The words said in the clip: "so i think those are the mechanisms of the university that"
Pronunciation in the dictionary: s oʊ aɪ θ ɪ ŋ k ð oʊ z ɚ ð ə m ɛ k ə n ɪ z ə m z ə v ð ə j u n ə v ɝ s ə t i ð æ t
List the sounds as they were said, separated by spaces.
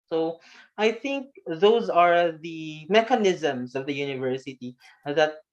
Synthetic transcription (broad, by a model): s oʊ aɪ θ ɪ ŋ k ð oʊ z ɚ ð ə m ɛ k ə n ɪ z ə m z ə v ð ə j u n ə v ɝ s ə t i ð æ t